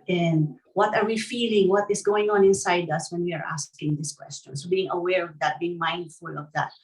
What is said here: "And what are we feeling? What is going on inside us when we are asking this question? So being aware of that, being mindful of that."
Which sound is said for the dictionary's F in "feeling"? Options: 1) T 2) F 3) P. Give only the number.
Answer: 2